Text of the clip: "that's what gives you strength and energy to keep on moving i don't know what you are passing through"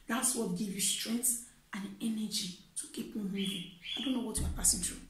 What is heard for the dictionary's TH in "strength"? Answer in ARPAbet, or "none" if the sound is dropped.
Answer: S